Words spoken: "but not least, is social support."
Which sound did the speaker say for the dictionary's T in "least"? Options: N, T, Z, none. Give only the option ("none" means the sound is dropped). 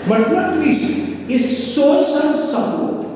none